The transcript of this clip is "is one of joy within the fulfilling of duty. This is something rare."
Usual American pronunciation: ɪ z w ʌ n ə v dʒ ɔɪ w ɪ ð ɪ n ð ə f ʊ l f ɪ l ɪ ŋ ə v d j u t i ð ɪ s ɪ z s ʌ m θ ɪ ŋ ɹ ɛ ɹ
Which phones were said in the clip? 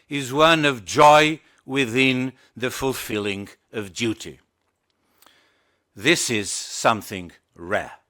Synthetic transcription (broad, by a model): ɪ z w ʌ n ə v dʒ ɔɪ w ɪ ð ɪ n ð ə f ʊ l f ɪ l ɪ ŋ ə v d j u t i ð ɪ s ɪ z s ʌ m θ ɪ ŋ ɹ ɛ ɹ